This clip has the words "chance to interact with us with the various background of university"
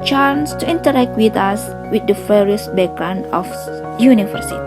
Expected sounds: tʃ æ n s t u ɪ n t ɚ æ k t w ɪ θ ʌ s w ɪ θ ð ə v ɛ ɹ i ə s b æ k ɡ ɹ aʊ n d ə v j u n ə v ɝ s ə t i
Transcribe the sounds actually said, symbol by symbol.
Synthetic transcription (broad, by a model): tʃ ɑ n s t u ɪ n t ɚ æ k t w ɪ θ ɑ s w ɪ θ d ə f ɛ ɹ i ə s b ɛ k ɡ ɹ aʊ n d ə f j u n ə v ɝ s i